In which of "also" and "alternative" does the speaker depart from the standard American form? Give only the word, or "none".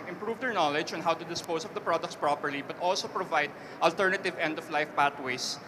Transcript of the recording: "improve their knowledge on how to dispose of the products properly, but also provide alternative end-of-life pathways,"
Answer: none